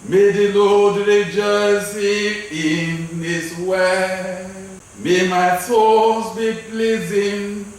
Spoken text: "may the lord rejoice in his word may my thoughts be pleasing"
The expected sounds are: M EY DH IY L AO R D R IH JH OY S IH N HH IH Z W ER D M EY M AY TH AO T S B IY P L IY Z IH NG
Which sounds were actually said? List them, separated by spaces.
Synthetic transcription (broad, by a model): M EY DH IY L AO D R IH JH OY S IH N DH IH S W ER M EY M AY S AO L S B IY P L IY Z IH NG